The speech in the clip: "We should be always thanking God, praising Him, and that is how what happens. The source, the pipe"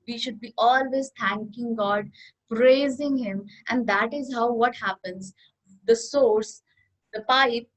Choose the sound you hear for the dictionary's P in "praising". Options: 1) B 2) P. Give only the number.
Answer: 2